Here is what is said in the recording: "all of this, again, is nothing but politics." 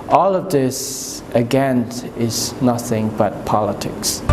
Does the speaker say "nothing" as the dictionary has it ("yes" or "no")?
yes